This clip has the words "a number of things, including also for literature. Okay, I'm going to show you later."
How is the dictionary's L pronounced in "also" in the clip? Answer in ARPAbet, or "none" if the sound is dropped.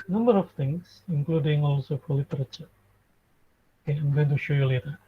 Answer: L